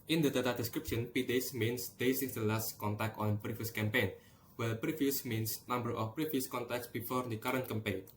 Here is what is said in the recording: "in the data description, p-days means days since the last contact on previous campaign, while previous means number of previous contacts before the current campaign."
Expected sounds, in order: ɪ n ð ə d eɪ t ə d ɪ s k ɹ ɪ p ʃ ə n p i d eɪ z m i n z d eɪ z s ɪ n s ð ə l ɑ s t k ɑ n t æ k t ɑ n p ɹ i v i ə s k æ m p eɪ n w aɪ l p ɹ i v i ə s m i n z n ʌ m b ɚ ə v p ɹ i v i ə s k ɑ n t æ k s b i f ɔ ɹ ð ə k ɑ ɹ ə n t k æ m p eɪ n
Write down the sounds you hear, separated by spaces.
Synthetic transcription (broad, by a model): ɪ n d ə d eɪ t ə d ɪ s k ɹ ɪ p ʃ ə n p i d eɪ s m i n s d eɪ s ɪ s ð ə l ɑ s t k ɑ n t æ k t ɑ n p ɹ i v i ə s k æ m p eɪ n w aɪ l p ɹ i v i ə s m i n s n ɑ m b ɚ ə f p ɹ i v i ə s k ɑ n t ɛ k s b i f ɔ ɹ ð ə k ɑ ɹ ə n t k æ m p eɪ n